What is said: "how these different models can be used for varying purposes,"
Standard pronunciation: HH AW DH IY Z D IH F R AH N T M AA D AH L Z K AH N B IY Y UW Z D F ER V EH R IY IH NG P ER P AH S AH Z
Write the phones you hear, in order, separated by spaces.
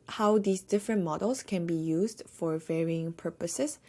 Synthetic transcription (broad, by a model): HH AW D IY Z D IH F R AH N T M AA D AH L S K AH N B IY Y UW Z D F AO V EH R IY IH NG P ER P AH S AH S